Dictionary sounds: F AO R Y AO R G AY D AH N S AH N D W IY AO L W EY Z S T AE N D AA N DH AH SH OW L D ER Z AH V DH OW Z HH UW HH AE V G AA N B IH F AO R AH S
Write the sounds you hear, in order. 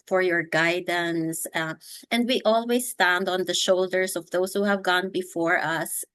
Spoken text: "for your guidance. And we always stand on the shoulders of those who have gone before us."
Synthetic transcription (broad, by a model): F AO R Y AO R G AY D AH N S AH N D W IY AO L W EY S T AE N D AA N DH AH SH OW L D ER S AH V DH OW S HH UW HH AE V G AA N B IH F AO R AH S